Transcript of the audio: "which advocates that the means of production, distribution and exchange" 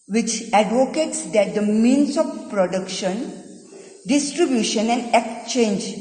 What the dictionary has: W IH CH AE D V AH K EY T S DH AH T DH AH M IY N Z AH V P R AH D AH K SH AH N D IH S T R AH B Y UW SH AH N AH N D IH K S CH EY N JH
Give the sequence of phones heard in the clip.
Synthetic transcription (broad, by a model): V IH CH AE D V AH K EY T S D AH T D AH M IY N S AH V P R AH D AH K SH AH N D IH S T R AH B Y UW SH AH N AH N D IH K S CH EY N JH